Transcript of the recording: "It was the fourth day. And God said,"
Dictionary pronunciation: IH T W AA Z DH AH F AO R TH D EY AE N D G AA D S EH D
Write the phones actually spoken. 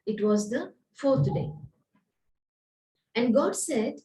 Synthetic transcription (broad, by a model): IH T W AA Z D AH F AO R T D EY AE N D G AA D S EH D